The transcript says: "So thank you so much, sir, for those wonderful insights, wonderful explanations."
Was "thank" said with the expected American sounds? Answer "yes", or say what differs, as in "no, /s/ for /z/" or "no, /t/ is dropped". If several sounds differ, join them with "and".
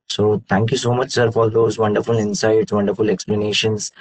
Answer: no, /t/ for /θ/